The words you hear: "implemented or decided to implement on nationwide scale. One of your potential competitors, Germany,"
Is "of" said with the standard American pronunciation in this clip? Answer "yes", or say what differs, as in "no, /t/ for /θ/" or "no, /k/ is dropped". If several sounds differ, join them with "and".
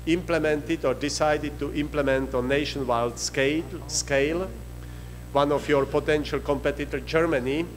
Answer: no, /f/ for /v/